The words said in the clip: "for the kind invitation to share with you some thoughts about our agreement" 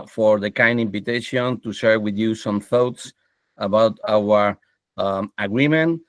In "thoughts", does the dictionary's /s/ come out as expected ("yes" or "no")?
yes